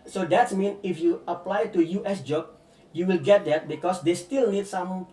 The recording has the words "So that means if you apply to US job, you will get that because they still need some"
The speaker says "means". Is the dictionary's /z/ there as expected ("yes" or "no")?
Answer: no